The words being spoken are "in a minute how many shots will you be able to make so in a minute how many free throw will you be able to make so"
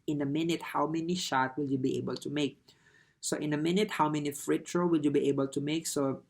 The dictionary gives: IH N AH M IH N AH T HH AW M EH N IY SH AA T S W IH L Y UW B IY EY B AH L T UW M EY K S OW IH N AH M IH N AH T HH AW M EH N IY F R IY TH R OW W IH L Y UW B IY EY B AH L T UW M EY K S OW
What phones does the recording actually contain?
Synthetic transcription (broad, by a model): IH N AH M IH N AH T HH AW M EH N IY SH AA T W IH L Y UW B IY EY B AH L T UW M EY K S OW IH N AH M IH N AH T HH AW M EH N IY F R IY T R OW W IH L Y UW B IY EY B AH L T UW M EY K S OW